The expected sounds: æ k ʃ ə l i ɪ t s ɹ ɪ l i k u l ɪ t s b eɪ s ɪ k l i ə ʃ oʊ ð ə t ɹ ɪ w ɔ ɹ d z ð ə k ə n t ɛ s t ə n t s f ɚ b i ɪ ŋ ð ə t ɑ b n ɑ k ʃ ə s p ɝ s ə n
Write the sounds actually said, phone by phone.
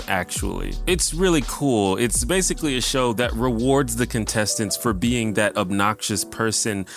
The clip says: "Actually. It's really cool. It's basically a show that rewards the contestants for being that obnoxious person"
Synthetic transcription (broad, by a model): æ k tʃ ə l i ɪ t s ɹ ɪ l i k u l ɪ t s b eɪ s ɪ k l i ə ʃ oʊ ð ə t ɹ ɪ w ɔ ɹ d z ð ə k ə n t ɛ s t ə n t s f ɚ b i ɪ ŋ ð ə t ɑ b n ɑ k ʃ ə s p ɝ s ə n